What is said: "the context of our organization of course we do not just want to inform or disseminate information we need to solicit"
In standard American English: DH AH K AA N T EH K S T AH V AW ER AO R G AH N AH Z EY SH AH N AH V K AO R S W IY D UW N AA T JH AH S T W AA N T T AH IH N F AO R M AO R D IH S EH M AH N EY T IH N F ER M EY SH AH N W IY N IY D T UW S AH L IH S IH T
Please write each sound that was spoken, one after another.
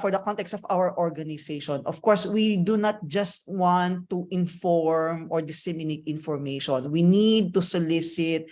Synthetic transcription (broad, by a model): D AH K AA N T EH K S T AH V AW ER AO R G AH N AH S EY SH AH N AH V K AO R S W IY D UW N AA T JH AH S T W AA N T T IH N F AO R M AO R D IH S EH M AH N EY T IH N F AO M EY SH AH N W IY N IY D T UW S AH L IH S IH T